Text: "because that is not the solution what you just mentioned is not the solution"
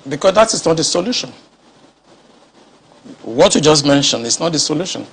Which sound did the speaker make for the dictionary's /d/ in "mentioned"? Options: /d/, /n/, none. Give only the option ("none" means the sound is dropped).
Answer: none